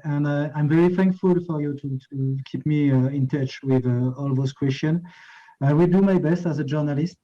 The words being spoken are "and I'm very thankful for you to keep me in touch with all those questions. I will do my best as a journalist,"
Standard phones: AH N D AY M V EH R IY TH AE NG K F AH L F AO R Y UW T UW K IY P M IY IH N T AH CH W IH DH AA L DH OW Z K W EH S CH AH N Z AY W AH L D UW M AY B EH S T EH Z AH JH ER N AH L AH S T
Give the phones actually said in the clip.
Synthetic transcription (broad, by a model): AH N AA AY M V EH R IY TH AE NG K F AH L F AO R Y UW T UW K IY P M IY IH N T AH CH W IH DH AA L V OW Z K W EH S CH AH N AY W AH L D UW M AY B EH S T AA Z AH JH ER N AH L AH S T